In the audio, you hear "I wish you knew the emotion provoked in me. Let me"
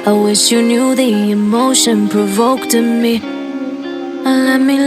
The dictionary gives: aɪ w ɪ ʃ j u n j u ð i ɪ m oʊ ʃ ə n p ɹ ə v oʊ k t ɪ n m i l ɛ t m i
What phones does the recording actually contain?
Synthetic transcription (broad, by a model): aɪ w ɪ ʃ j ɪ n j u ð i ɪ m oʊ ʃ ə n p ɹ ə v oʊ k t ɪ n m i l ɛ t m i